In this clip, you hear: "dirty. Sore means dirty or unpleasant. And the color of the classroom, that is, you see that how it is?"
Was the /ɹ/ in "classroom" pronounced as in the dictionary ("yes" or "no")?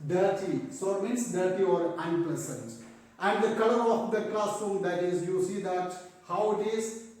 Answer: no